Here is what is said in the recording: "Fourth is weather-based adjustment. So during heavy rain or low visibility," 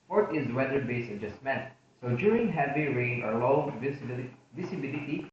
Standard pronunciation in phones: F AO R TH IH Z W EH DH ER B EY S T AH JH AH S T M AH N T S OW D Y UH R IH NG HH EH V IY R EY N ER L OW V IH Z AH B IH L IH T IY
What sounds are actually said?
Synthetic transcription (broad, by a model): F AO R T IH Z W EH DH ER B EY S AH JH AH S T M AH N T S OW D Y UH R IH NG HH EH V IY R EY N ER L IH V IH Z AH B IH L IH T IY